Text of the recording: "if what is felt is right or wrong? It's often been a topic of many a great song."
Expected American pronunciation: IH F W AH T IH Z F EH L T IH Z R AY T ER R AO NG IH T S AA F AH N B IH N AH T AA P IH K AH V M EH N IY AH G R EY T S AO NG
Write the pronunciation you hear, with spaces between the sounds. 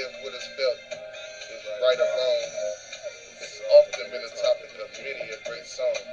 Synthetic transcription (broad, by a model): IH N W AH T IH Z F EH L T R AY T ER L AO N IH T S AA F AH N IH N AH T AA P IH K AH V M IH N IY AH G R EY T S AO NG